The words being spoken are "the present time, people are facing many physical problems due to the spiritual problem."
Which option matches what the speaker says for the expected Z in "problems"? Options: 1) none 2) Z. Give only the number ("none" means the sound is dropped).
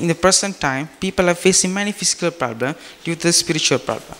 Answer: 1